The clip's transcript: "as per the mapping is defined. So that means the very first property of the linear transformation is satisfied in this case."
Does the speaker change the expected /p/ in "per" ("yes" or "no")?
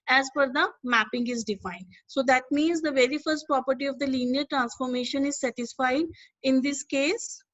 yes